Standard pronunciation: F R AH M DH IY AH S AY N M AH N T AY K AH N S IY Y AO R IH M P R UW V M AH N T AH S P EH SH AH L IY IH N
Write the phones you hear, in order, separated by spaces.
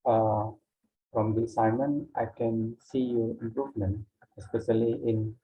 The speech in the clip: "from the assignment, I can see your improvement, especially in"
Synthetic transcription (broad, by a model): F R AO M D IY S AY M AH N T AY K AH N S IY Y AO R IH M P R UW V M AH N T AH S P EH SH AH L IY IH N